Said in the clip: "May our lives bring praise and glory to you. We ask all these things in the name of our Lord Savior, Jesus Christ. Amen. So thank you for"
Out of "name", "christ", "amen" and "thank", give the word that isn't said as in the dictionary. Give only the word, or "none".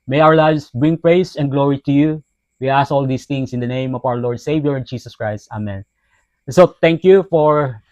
thank